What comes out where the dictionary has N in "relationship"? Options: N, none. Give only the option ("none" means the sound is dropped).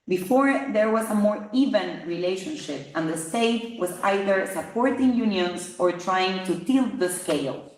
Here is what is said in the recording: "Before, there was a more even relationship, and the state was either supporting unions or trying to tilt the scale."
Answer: N